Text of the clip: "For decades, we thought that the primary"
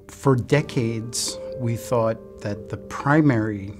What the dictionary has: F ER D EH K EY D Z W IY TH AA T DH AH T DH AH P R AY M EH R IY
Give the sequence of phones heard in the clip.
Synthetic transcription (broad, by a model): F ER D EH K EY D Z W IY TH AA T DH AH T DH AH P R AY M EH R IY